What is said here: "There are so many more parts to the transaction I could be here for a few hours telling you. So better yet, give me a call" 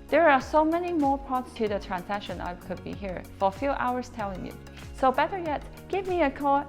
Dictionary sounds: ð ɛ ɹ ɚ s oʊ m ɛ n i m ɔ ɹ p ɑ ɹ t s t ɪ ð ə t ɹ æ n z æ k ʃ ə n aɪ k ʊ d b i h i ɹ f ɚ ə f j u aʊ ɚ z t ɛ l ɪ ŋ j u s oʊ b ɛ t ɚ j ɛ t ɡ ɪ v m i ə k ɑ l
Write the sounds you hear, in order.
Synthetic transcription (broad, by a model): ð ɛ ɹ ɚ s oʊ m ɛ n i m ɔ ɹ p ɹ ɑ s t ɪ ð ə t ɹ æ n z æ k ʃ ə n aɪ k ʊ d b i h i ɹ f ɚ ə f j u aʊ ɚ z t ɛ l ɪ ŋ j u s oʊ b ɛ t ɚ j ɛ t ɡ ɪ v m i ə k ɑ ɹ